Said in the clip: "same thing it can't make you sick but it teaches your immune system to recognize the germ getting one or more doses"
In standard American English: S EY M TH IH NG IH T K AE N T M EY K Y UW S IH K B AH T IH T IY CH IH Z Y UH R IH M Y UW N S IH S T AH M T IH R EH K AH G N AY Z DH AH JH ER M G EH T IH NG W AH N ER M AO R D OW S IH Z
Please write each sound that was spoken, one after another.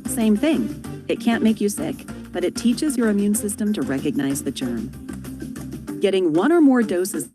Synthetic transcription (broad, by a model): S EY M TH IH NG IH T K AE N M EY K Y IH S IH K B AH T IH T IY CH IH Z Y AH R IH M Y UW N S IH S T AH M T IH R EH K AH G N AY Z DH AH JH ER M G EH T IH NG W AH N ER M AO R D OW S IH Z